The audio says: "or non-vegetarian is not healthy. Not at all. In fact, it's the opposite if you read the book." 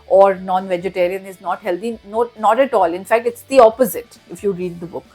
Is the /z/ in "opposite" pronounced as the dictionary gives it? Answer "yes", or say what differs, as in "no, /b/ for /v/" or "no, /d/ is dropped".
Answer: yes